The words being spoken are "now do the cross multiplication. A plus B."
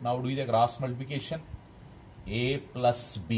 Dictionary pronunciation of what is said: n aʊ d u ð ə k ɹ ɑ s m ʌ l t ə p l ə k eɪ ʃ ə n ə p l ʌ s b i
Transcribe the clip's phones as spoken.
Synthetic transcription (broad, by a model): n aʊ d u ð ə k ɹ ɑ s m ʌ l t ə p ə k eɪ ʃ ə n ə p l ʌ s b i